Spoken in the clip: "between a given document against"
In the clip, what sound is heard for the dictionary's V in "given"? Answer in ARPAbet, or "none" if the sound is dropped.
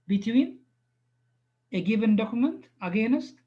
B